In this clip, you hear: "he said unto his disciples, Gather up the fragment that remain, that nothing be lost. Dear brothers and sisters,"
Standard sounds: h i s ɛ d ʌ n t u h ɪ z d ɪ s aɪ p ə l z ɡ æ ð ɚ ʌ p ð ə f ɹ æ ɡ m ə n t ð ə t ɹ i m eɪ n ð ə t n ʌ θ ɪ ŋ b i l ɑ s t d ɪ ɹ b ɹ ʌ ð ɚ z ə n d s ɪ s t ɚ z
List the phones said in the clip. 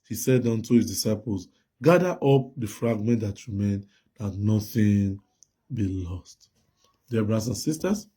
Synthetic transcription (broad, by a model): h i s ɛ d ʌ n t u h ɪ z d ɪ s aɪ p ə l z ɡ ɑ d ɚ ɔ p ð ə f ɹ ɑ ɡ m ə n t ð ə t ɹ i m eɪ n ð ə t n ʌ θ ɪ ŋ b i l ɑ s t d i b ɹ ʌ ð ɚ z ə n s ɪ s t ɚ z